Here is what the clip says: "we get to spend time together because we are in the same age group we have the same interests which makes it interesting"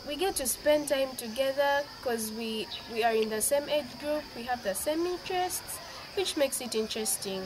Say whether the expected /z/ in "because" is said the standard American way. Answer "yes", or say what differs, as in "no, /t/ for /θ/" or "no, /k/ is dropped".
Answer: no, /z/ is dropped